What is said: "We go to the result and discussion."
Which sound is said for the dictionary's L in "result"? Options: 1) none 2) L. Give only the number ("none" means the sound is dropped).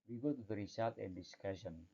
1